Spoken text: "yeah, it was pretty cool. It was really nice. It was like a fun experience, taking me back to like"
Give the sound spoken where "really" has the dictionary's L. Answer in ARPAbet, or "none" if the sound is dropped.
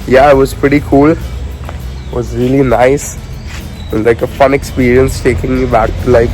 L